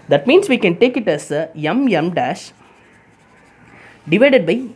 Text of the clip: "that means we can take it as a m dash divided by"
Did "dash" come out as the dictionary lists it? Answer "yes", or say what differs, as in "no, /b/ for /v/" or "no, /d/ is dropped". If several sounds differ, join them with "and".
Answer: yes